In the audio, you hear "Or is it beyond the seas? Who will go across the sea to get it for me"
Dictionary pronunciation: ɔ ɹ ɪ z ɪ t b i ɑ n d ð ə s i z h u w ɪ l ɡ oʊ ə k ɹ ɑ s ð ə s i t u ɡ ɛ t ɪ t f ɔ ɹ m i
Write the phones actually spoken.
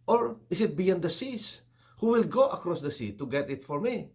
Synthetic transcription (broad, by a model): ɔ ɹ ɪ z ɪ t b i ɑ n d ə s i s h u w ɪ l ɡ oʊ ə k ɹ ɑ s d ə s i t u ɡ ɛ t ɪ t f ɔ ɹ m i